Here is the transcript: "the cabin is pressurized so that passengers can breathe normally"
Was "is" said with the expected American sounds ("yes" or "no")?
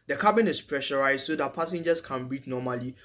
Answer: no